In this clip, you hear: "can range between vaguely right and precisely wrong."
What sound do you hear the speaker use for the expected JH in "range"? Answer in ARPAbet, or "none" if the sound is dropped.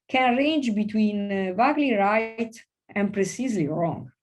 JH